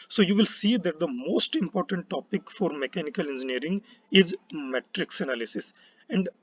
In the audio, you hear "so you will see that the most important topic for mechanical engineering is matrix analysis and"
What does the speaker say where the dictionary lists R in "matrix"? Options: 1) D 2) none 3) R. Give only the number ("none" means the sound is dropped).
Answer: 3